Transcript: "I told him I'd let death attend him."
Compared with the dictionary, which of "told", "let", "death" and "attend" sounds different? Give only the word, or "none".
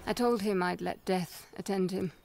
none